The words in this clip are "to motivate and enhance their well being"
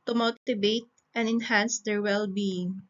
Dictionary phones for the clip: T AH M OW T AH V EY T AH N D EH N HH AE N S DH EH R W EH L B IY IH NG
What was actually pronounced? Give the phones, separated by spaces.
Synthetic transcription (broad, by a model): T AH M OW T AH B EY T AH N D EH N HH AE N S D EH R W EH L B IY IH NG